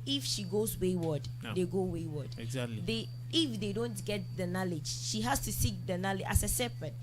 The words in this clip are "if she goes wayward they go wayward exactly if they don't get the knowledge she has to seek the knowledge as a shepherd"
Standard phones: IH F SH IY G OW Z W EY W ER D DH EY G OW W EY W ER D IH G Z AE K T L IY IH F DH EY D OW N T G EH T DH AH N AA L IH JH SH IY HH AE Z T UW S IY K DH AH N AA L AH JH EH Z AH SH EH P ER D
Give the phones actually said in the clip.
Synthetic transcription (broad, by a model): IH F SH IY G OW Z W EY W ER D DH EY G OW W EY W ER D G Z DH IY IH F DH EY D OW N T G EH T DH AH N AA L IH JH SH IY HH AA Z T UW S IY K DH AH N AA L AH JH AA S AH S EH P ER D